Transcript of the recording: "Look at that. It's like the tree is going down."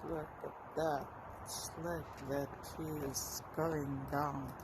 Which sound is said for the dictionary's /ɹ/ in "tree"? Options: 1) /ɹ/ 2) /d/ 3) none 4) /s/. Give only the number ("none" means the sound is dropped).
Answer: 3